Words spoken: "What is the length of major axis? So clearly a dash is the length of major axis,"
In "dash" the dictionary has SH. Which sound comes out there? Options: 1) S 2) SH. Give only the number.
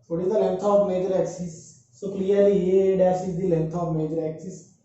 1